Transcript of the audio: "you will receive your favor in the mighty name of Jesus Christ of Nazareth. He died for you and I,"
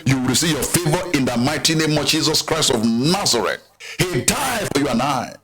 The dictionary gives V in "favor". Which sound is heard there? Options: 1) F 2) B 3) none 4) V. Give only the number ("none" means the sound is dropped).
4